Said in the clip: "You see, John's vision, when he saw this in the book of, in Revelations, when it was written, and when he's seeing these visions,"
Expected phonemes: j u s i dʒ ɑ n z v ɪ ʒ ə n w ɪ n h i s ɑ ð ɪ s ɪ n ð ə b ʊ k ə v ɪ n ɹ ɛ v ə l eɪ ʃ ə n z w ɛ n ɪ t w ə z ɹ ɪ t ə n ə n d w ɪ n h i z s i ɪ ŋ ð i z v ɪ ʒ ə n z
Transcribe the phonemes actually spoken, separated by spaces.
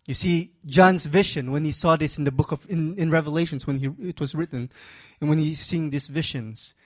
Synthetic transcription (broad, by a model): j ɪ s i dʒ ɑ n z v ɪ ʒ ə n w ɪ n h i s ɑ ð ɪ s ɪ n ð ə b ʊ k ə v ɪ n ɹ ɛ v ə l eɪ ʃ ə n z w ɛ n ɪ t w ə z ɹ ɪ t n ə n w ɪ n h i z s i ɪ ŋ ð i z v ɪ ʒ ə n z